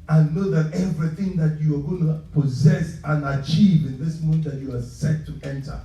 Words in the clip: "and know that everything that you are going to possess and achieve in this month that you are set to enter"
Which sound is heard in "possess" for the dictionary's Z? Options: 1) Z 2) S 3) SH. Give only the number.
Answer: 1